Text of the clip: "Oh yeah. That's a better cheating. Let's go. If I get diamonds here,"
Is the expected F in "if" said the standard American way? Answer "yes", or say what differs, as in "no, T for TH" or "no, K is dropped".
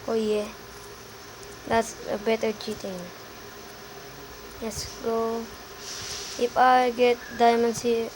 no, P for F